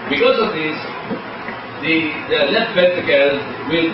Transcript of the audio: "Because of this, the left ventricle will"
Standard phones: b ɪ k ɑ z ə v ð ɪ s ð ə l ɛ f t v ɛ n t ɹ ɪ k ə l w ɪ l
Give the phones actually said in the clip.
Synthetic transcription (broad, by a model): b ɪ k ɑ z ə v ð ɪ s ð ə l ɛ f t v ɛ t ɪ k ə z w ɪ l